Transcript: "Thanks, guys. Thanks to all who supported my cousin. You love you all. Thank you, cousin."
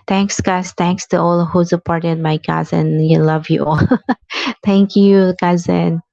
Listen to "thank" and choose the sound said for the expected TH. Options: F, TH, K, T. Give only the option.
T